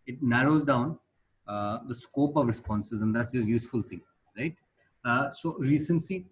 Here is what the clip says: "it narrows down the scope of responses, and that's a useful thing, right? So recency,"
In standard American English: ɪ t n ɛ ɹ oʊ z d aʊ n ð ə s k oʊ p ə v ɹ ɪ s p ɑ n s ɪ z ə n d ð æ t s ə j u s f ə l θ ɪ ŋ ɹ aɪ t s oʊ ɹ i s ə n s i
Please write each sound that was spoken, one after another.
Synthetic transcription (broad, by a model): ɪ t n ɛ ɹ oʊ z d aʊ n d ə s k oʊ p ə v ɹ ɪ s p ɑ n s ɪ z ə n d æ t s ə j u s f ə l t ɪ ŋ ɹ aɪ t s oʊ ɹ i s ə n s i